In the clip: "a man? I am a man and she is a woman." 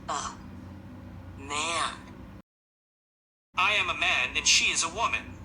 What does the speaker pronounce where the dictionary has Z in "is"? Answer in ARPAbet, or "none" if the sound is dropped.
Z